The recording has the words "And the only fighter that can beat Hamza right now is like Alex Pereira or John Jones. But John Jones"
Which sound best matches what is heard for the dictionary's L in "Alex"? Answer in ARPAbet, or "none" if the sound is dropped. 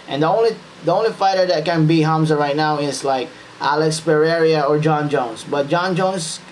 L